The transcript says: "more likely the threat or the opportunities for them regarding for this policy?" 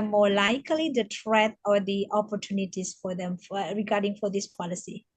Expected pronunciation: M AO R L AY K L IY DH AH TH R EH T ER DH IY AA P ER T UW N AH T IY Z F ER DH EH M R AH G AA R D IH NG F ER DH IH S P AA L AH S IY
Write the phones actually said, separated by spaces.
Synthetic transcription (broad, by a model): M AO L AY K L IY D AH T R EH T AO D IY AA P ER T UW N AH T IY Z F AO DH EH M R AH G AA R D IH NG F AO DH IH S P AA L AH S IY